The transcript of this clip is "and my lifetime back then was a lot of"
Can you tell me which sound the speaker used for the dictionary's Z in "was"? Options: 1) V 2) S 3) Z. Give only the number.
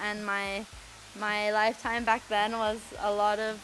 3